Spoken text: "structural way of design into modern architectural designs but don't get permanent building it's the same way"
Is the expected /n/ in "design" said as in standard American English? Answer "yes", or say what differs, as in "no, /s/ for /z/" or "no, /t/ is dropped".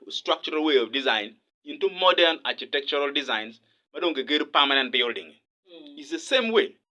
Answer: yes